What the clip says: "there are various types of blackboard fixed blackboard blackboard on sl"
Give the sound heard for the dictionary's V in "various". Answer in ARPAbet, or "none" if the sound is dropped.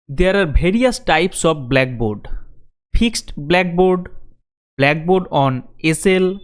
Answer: B